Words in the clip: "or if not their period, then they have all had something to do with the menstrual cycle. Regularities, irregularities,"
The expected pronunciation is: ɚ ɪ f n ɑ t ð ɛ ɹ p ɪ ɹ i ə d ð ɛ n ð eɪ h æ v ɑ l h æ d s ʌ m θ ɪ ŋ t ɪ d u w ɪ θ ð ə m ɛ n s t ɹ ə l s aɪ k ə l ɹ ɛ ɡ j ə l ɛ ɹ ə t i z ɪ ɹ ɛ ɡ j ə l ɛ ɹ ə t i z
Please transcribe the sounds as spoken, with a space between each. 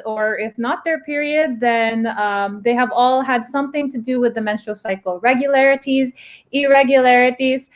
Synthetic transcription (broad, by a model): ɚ ɪ f n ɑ t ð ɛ ɹ p ɪ ɹ i ə d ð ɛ n ð eɪ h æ v ɑ l h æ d s ʌ m θ ɪ ŋ t ɪ d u w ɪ ð ə m ɛ n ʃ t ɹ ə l s aɪ k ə l ɹ ɛ ɡ j ə l ɛ ɹ ə t i z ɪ ɹ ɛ ɡ j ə l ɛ ɹ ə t i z